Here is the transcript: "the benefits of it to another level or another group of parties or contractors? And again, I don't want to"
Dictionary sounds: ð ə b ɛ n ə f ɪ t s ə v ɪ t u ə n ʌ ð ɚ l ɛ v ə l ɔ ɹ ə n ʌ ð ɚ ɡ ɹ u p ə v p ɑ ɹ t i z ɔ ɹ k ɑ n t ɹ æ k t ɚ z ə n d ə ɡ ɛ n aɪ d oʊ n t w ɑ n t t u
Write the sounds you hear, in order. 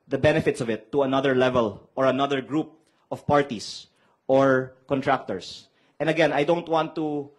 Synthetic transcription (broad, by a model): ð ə b ɛ n ə f ɪ t s ə v ɪ t u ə n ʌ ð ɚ l ɛ v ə l ɔ ɹ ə n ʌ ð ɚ ɡ ɹ u p ə v p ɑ ɹ t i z ɔ ɹ k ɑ n t ɹ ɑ k t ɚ s ə n d ə ɡ ɛ n aɪ d oʊ n t w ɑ n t t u